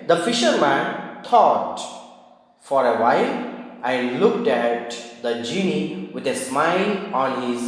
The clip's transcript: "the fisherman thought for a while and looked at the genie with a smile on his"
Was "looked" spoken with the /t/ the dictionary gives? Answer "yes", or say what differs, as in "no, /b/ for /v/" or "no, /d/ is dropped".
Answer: yes